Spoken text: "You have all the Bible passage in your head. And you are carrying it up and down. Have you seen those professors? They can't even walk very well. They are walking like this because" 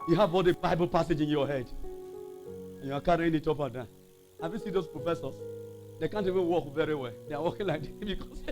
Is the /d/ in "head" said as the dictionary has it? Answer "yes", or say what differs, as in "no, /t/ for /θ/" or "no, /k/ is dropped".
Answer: yes